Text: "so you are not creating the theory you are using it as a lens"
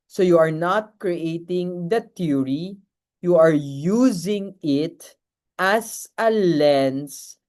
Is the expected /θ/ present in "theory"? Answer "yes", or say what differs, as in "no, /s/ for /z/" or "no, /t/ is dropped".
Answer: no, /t/ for /θ/